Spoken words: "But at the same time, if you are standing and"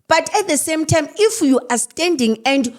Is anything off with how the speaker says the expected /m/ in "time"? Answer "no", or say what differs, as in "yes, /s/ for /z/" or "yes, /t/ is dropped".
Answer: no